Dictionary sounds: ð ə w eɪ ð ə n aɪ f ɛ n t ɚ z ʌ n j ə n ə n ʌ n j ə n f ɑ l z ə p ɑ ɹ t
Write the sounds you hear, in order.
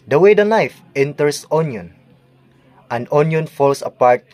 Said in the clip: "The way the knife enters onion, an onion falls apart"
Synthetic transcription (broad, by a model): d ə w eɪ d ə n aɪ f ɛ n t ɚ s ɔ n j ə n ə n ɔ n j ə n f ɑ l s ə p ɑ ɹ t